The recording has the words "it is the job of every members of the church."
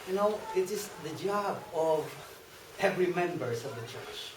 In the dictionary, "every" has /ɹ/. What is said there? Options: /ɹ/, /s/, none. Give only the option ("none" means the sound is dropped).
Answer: /ɹ/